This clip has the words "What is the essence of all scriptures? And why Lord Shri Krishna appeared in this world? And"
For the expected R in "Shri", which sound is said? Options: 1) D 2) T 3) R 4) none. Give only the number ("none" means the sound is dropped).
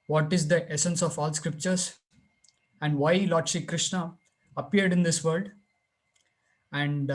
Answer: 4